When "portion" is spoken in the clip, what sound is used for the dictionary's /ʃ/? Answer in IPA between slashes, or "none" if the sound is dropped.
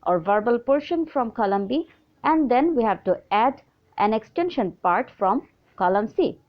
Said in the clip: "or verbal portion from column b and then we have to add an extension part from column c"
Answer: /ʃ/